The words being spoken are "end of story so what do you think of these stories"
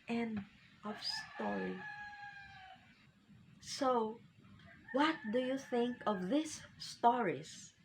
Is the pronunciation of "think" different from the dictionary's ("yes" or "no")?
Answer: no